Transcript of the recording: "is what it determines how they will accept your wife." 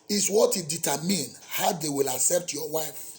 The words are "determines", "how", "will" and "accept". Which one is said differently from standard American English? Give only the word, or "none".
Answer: determines